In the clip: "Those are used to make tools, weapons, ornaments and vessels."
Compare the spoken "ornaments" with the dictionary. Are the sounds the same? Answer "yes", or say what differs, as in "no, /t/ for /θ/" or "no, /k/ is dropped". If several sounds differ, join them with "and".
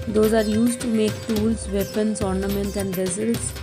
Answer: no, /s/ is dropped